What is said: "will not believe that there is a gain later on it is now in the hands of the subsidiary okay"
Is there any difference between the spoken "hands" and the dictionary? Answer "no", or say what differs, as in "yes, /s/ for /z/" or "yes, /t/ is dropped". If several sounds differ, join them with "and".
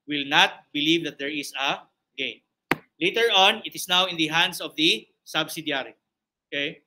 yes, /s/ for /z/